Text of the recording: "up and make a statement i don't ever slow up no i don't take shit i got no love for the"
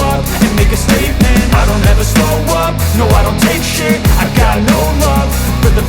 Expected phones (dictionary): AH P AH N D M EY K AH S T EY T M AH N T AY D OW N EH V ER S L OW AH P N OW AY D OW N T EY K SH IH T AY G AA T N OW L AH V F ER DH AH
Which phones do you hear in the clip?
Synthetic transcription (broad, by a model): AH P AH N M EY K AH S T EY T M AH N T AY D OW N EH V ER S OW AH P N OW AY D OW N T EY K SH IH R AY G AA T N OW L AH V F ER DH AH